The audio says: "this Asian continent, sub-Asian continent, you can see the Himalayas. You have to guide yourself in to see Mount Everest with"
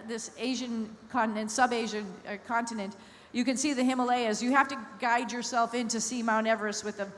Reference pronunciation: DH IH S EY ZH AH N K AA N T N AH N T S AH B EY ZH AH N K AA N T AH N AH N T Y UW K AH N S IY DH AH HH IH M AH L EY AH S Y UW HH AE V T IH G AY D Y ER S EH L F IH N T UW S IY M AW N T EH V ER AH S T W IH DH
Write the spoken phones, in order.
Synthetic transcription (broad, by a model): DH IH S EY ZH AH N K AA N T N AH N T S AH B EY ZH AH N K AA N T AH N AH N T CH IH K AH N S IY DH AH HH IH M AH L EY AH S Y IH HH AE F T IH G AY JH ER S EH L F IH N T UW S IY M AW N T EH V ER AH S W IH DH